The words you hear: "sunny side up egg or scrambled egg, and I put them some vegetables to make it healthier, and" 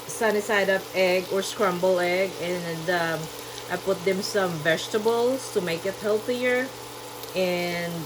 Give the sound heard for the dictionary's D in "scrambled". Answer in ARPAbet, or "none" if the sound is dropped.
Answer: none